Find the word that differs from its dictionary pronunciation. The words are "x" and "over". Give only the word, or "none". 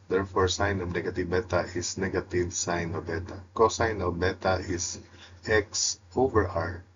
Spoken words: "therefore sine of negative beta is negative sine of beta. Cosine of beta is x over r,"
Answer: none